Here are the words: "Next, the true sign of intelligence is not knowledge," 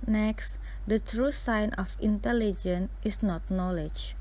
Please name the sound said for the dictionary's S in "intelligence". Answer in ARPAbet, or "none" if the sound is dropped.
none